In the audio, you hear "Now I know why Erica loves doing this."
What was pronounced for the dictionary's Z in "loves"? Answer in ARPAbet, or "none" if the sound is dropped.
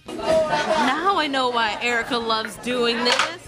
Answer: Z